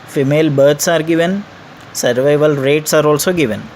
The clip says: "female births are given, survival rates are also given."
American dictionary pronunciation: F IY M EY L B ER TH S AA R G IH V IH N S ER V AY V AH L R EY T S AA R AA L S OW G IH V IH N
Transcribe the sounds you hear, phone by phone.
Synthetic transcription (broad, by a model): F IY M EY L B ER T S AA R G IH V IH N S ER V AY V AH L R EY T S AA R AA L S OW G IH V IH N